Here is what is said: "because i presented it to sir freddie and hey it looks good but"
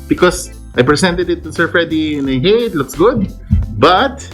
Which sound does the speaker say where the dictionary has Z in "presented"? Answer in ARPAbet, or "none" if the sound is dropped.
S